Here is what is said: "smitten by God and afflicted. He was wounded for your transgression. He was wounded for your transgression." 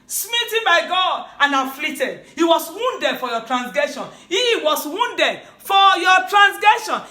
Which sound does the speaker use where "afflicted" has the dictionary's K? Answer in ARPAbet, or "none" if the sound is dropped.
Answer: none